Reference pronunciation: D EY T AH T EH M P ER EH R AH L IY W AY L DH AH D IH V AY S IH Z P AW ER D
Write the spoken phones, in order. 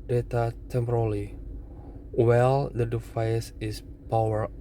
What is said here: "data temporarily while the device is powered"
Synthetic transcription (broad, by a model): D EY T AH T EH M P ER R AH L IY W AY L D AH D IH F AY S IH S P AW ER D